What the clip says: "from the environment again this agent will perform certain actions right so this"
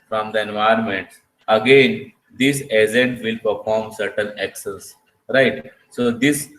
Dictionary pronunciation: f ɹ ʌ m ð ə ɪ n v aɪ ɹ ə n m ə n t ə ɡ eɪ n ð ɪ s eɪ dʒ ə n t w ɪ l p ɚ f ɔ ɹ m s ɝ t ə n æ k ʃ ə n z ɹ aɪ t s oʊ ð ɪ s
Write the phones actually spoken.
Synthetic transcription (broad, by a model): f ɹ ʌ m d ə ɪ n v aɪ ə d m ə n t ə ɡ eɪ n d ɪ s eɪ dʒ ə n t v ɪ l p ɚ f ɔ ɹ m s ɝ t ə n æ k s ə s ɹ aɪ t s oʊ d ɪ s